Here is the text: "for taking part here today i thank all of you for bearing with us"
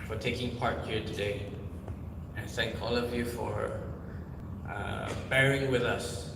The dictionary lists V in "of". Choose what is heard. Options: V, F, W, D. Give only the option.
V